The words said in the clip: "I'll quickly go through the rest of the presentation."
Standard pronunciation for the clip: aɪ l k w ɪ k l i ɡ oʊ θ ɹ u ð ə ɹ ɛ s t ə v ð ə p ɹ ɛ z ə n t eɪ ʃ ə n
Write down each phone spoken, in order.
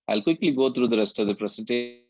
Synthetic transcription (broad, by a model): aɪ l k w ɪ k l i ɡ oʊ t ɹ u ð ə ɹ ɛ s t ə v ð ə p ɹ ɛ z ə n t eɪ